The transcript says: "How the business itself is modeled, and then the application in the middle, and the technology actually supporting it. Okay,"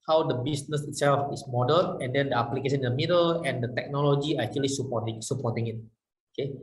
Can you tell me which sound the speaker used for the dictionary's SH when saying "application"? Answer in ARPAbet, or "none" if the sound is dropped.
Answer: S